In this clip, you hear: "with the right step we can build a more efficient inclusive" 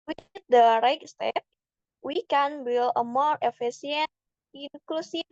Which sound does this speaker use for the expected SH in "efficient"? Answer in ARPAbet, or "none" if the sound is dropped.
S